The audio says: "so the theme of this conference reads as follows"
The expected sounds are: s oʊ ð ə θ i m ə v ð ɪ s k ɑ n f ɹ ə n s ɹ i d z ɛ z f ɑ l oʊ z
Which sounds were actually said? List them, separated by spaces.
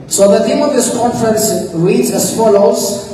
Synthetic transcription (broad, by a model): s oʊ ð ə t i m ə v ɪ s k ɑ n f ɹ ə n s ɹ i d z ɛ s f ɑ l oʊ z